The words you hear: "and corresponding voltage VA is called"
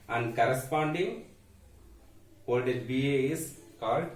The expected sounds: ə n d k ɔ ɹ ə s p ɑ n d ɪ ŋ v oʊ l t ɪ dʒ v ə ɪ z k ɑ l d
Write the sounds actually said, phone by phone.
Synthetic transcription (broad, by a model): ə n d k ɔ ɹ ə s p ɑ n d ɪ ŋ p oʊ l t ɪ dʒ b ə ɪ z k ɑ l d